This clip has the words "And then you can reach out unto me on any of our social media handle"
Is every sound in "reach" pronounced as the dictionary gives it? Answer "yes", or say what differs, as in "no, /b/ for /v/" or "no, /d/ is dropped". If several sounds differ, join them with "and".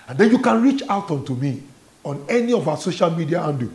yes